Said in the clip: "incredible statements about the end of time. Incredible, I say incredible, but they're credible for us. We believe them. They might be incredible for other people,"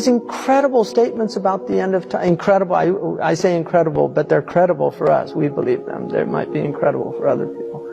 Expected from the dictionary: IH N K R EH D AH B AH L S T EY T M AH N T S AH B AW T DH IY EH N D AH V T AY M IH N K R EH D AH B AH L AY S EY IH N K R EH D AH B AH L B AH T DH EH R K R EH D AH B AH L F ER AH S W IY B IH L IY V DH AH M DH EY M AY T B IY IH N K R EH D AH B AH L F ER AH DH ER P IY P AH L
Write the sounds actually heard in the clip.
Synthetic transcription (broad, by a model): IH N K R EH D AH B L S T EY T M AH N T S AH B AW T DH IY EH N D AH V T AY IH N K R EH D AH B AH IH AY S EY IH N K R EH D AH B L B AH T DH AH R K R EH D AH B L F ER AH S W IY B IH L IY V DH AH M DH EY M AY T B IY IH N K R EH D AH B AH L F ER AH DH ER P IY P L